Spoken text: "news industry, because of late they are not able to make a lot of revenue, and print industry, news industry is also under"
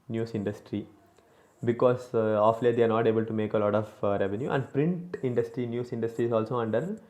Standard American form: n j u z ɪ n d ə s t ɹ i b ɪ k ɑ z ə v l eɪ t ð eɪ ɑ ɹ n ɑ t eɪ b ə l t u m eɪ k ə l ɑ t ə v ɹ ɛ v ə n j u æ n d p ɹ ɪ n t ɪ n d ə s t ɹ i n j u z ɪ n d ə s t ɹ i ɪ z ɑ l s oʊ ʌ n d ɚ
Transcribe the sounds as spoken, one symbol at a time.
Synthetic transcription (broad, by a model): n j u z ɪ n d ə s t ɹ i b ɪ k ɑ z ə f l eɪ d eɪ ɑ ɹ n ɑ t eɪ b ə l t u m eɪ k ə l ɑ t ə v ɹ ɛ v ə n j u æ n d p ɹ ɪ n t ɪ n d ə s t ɹ i n j u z ɪ n d ə s t ɹ i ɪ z ɑ l s oʊ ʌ n d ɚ